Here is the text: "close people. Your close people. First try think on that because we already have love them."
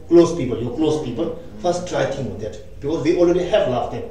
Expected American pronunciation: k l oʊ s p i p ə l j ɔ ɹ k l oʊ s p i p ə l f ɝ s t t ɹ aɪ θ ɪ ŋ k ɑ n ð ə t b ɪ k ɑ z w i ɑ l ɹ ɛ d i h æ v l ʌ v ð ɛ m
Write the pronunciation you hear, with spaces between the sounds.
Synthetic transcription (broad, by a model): k l oʊ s p i p ə l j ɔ k l oʊ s p i p ə l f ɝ s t t ɹ aɪ t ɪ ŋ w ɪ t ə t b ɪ k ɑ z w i ɑ l ɹ ɛ d i h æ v l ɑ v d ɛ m